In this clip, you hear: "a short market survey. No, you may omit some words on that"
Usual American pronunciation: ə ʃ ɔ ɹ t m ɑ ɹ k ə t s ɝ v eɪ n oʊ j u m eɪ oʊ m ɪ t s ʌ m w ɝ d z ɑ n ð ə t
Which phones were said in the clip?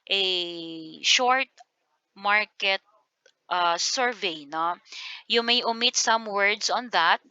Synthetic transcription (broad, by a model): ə ʃ ɔ ɹ t m ɑ ɹ k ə t s ɝ v eɪ n oʊ j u m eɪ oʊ m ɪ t s ʌ m w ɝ d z ɑ n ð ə t